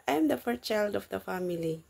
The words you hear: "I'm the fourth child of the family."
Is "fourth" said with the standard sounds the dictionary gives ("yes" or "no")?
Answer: no